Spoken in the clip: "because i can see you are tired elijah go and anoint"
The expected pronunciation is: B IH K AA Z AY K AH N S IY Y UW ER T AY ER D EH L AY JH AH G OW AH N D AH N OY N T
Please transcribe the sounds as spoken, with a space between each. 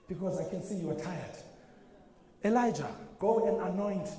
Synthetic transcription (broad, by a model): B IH K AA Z AY K AH N S IY Y UW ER T AY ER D EH L AY JH AH G OW AH N D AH N OY N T